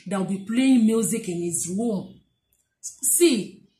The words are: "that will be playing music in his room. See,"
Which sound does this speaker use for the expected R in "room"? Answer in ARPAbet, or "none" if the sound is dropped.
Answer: W